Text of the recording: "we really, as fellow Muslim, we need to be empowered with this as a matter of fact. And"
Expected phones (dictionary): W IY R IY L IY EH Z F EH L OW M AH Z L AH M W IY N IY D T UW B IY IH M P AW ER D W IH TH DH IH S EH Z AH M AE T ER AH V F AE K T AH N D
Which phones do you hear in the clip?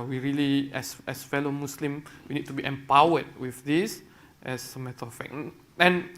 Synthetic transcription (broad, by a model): W IY R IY L IY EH S F EH L OW M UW S L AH M W IY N IY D T UW B IY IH M P AW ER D W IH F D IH S EH S AH M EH T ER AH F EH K AH N